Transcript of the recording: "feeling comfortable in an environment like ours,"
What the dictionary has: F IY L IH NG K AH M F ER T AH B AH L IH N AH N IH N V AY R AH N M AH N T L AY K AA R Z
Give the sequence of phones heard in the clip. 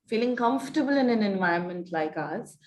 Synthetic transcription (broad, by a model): F IY L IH NG K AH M F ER T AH B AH L IH N AH N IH N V AY AH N M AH N T L AY K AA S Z